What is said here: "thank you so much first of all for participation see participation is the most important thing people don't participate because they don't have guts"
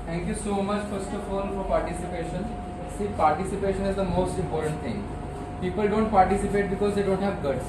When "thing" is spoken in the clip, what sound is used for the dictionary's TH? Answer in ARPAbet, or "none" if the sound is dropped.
T